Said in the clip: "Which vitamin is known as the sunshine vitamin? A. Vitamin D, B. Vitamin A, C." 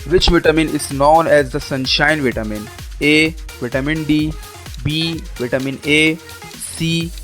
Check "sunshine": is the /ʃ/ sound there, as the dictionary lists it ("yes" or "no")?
yes